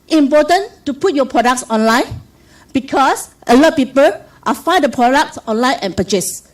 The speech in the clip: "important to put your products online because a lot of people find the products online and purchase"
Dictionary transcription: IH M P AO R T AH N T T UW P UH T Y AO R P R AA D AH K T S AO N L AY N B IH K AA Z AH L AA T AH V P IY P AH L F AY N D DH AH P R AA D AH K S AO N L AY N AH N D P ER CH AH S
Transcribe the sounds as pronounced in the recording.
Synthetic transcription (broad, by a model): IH M P AO T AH N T T UW P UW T Y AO P R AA D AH K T S AO N L AY N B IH K AA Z AH L AA T P IY P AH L F AY D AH P R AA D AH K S AO N L AY N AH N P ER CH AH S